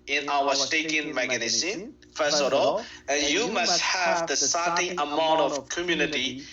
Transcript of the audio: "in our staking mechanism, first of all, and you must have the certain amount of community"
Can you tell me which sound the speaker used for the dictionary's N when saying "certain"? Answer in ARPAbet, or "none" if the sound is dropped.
none